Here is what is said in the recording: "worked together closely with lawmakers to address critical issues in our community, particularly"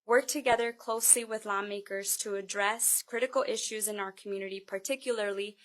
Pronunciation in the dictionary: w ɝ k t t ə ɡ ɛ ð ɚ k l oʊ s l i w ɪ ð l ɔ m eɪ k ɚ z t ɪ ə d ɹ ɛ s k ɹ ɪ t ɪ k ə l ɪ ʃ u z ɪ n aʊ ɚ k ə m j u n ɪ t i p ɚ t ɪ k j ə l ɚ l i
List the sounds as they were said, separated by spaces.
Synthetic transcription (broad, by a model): w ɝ k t t ə ɡ ɛ ð ɚ k l oʊ s l i w ɪ ð l ɔ m eɪ k ɚ z t ɪ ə d ɹ ɛ s k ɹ ɪ t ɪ k l ɪ ʃ u z ɪ n aʊ ɚ k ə m j u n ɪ t i p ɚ t ɪ k j l ɚ l i